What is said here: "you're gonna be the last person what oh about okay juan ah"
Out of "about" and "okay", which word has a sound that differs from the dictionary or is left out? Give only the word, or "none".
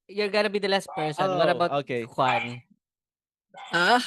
about